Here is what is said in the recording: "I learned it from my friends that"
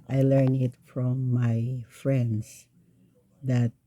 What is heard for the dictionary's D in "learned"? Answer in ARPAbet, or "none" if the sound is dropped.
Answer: none